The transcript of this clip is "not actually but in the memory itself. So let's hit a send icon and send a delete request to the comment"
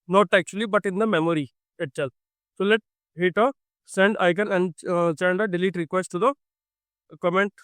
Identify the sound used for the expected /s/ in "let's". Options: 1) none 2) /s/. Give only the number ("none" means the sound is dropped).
1